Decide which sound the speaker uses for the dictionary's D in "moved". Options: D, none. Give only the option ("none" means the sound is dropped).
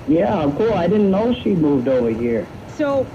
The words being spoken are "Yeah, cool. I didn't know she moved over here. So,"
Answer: D